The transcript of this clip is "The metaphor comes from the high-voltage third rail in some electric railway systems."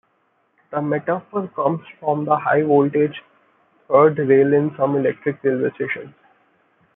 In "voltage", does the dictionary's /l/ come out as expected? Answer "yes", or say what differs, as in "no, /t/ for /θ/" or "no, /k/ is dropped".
yes